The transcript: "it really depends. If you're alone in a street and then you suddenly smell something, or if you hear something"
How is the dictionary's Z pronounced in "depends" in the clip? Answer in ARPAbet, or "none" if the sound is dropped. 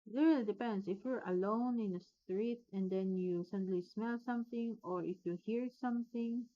S